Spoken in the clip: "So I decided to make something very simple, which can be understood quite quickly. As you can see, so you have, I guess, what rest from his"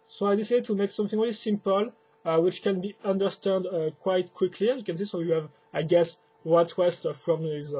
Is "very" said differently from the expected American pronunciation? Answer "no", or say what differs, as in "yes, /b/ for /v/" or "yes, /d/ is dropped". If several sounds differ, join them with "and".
yes, /l/ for /ɹ/